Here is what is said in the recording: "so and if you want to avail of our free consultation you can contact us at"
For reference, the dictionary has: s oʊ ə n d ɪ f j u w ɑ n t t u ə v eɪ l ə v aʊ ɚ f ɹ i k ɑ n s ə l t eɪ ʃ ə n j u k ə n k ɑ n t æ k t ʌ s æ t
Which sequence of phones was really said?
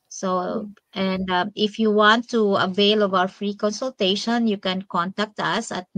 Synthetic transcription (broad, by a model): s oʊ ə n d ɪ f j u w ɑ n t t u ə v eɪ l ə v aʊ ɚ f ɹ i k ɑ n s ə l t eɪ ʃ ə n j u k ə n k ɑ n t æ k t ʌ s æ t